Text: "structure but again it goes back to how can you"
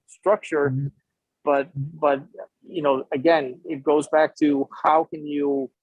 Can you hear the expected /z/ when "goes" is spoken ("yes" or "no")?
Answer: yes